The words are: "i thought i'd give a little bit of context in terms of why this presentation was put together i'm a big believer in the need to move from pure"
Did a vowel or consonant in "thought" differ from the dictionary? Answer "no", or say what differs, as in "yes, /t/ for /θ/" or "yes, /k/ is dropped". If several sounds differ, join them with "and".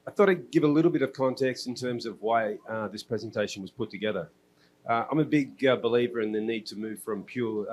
no